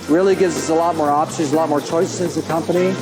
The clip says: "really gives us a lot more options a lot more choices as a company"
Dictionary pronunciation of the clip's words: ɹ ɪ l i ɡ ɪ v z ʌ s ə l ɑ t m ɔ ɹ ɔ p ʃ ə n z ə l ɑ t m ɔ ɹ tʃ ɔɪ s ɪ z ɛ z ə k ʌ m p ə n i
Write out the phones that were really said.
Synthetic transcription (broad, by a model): ɹ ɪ l i ɡ ɪ v z ʌ s ə l ɑ t m ɔ ɹ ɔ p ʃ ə z ə l ɑ t m ɔ ɹ tʃ ɔɪ s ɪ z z ə k ʌ m p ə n i